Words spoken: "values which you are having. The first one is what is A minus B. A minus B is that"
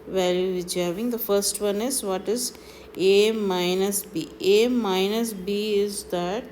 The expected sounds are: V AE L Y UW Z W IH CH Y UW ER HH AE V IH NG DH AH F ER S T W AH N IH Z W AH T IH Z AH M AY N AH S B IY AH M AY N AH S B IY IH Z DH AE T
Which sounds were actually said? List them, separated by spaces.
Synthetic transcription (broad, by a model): V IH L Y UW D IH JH ER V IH NG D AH F ER S T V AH N IH Z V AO T IH Z AH M AY N AH S B IY AH M AY N AH S B IY IH Z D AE T